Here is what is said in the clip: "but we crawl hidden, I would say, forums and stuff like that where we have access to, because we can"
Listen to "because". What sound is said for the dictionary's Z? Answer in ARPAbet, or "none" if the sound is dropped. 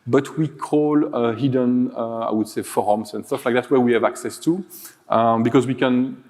Z